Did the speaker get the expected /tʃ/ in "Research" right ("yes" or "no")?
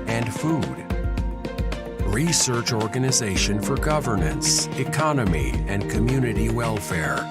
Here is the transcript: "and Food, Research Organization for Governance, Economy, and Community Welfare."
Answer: yes